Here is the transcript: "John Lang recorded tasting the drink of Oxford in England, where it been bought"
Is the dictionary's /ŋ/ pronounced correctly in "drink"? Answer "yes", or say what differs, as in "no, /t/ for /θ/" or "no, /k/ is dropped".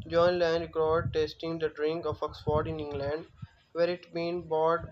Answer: yes